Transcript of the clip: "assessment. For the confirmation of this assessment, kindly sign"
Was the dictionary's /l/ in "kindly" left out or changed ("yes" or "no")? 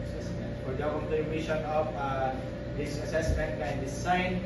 yes